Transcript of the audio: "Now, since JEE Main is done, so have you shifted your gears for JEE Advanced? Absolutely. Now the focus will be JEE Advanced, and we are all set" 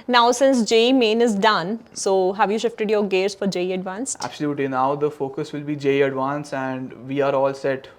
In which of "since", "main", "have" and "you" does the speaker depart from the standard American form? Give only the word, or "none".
none